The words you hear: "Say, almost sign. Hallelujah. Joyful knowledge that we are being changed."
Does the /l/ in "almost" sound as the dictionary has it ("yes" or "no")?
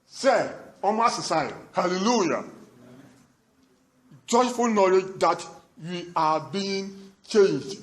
no